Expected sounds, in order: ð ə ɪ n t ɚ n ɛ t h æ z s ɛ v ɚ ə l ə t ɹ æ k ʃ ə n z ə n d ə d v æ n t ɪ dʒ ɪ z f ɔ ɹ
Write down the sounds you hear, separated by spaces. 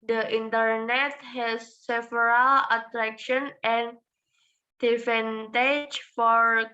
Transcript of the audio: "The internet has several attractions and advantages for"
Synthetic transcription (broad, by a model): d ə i n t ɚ n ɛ t h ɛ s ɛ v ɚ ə l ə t ɹ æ k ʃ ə n ə n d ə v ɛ n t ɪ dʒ f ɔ ɹ